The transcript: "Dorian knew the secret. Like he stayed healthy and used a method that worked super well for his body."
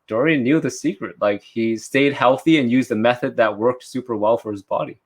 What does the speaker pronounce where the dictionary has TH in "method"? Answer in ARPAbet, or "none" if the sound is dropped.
TH